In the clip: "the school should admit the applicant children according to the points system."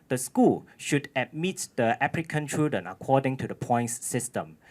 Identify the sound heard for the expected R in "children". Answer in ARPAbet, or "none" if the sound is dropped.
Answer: none